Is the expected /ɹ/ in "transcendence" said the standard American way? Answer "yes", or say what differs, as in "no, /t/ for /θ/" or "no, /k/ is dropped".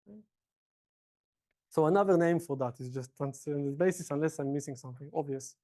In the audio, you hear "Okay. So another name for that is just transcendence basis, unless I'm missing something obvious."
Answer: no, /ɹ/ is dropped